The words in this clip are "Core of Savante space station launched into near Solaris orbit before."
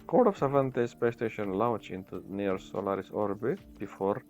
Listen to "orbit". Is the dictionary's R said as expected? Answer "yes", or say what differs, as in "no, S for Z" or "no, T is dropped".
yes